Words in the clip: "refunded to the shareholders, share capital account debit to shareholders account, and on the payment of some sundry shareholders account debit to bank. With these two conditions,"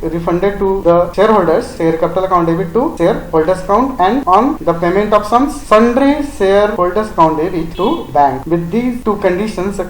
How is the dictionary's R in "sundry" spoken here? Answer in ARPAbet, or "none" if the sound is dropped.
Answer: R